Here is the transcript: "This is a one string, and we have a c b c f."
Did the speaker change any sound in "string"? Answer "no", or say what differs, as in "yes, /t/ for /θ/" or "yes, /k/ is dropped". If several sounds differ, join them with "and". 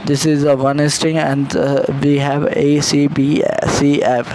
yes, /ɹ/ is dropped